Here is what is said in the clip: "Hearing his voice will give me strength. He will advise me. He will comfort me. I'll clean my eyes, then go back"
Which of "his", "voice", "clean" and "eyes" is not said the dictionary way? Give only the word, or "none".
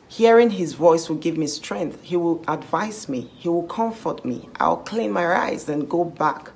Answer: none